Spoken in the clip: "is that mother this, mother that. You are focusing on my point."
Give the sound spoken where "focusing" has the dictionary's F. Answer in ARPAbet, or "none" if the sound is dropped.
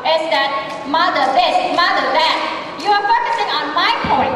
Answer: P